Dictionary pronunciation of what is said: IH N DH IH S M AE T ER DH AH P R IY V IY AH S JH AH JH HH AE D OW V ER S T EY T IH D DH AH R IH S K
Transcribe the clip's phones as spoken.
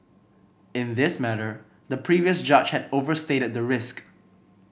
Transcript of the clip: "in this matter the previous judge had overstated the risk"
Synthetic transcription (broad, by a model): IH N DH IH S M AE T ER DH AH P R IY V IY AH S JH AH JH HH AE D OW V ER S T EY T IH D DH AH R IH S K